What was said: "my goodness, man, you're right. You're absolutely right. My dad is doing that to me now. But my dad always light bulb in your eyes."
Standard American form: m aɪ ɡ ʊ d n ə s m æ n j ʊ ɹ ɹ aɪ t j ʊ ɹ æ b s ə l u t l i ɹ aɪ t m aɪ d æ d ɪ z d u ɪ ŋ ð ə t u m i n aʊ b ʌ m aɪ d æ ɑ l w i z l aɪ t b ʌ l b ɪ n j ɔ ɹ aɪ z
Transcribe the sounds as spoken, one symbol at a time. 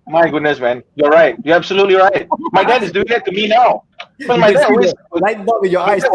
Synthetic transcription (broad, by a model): m aɪ ɡ ʊ d n ə s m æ n j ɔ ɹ ɹ aɪ t j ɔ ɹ æ b s ə l u t l i ɹ aɪ t m aɪ d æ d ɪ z d u ɪ ŋ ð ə t u m i n aʊ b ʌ m aɪ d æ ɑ w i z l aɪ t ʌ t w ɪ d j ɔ aɪ